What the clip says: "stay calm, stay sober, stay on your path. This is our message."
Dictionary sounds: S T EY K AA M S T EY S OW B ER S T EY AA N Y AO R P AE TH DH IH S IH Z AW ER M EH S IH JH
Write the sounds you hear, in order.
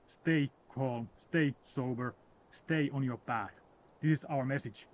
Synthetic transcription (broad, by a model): S T EY K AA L S T EY S OW B ER S T EY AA N Y AO R B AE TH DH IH S IH Z AW ER M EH S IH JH